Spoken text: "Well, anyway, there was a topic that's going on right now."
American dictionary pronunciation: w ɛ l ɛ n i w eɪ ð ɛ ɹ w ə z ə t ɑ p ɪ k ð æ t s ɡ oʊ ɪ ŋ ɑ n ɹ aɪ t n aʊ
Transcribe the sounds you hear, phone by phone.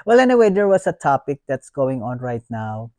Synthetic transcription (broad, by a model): w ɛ l ɛ n i w eɪ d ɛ ɹ w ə s ə t ɑ p ɪ k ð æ t s ɡ oʊ ɪ ŋ ɑ n ɹ aɪ t n aʊ